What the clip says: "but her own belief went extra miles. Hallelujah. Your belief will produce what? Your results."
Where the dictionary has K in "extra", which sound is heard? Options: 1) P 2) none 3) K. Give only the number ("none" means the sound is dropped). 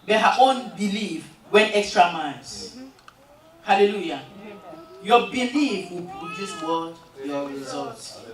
3